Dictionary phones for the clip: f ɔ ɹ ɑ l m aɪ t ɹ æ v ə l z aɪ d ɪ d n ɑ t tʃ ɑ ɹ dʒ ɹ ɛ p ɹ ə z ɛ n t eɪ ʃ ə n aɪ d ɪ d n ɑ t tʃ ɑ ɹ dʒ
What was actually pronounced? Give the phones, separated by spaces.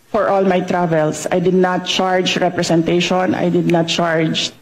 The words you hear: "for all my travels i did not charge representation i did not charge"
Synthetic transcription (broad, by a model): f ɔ ɹ ɑ l m aɪ t ɹ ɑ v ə l s aɪ d ɪ d n ɑ t tʃ ɑ ɹ dʒ ɹ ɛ p ɹ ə s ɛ n t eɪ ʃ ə n aɪ d ɪ d n ɑ t tʃ ɑ ɹ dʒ